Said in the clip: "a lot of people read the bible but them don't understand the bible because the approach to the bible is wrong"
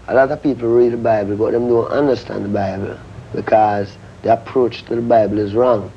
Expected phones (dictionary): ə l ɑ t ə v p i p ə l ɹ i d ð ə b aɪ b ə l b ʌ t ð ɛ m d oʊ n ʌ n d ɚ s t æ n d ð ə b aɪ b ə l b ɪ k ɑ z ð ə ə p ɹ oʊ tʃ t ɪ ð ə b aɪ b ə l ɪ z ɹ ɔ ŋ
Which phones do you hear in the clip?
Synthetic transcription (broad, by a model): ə l ɑ t ə v p i p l ɹ i d ð ə b aɪ b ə l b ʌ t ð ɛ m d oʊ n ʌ n d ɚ s t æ n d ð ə b aɪ b ə l b ɪ k ɑ z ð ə ə p ɹ oʊ tʃ t ɪ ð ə b aɪ b ə l ɪ z ɹ ɔ ŋ